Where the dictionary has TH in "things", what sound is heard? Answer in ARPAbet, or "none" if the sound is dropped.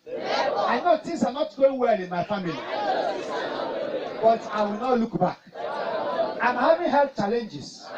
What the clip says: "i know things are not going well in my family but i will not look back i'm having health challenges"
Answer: T